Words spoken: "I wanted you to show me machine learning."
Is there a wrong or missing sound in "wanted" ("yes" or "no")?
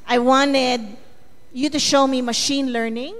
no